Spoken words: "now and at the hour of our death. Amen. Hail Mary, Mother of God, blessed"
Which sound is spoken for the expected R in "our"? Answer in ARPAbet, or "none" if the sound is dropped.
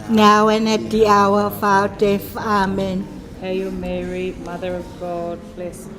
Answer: W